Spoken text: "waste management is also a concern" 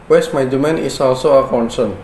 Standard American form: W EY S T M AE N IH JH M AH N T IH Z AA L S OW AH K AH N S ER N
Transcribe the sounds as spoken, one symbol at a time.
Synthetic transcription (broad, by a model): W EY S M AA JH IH M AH N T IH S AA L S OW AH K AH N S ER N